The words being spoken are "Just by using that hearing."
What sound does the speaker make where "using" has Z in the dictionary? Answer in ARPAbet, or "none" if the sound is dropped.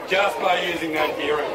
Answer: Z